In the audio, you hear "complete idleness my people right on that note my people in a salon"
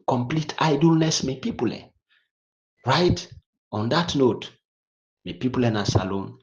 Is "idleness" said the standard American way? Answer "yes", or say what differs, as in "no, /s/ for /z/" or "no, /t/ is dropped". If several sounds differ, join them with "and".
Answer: yes